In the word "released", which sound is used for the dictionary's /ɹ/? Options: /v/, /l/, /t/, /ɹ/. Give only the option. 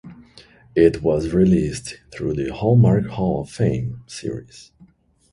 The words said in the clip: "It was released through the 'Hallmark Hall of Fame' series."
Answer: /ɹ/